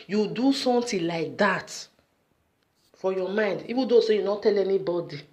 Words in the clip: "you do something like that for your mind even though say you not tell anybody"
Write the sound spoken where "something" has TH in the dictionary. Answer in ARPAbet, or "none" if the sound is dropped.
T